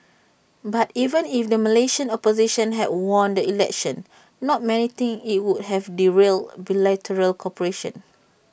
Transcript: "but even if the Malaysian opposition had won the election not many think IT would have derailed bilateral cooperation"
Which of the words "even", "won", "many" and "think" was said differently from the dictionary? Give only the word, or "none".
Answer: think